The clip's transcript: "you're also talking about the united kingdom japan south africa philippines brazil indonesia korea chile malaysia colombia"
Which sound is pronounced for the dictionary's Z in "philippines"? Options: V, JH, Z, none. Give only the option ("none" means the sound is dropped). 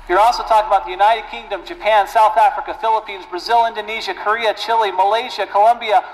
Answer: Z